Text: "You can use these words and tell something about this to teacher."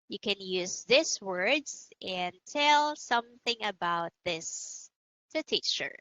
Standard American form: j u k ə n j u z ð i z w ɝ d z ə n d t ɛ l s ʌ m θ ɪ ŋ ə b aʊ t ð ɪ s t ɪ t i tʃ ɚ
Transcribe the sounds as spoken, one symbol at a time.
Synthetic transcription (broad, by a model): j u k ə n j u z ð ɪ s w ɝ d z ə n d t ɛ l s ʌ m θ ɪ ŋ ə b aʊ t ð ɪ s t ɪ t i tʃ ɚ